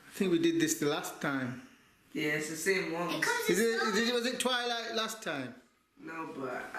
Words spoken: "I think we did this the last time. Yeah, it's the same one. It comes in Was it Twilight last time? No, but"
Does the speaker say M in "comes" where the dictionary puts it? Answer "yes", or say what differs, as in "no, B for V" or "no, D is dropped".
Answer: no, M is dropped